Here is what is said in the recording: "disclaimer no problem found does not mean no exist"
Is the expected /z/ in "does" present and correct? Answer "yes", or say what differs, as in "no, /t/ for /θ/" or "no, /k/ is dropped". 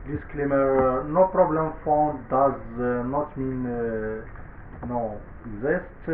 yes